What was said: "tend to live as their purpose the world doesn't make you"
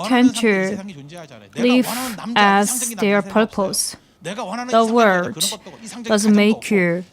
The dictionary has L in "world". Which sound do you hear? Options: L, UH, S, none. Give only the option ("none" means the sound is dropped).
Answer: none